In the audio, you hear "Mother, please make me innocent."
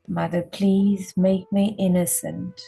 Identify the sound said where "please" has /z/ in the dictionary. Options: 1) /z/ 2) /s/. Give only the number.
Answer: 1